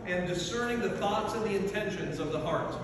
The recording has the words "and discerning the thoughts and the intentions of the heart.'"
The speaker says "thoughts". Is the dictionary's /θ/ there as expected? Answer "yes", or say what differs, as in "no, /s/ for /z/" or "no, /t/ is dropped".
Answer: yes